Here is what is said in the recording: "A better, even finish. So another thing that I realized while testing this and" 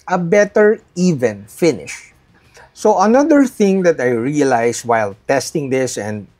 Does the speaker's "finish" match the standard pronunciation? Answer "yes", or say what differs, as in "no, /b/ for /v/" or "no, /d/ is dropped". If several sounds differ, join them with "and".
yes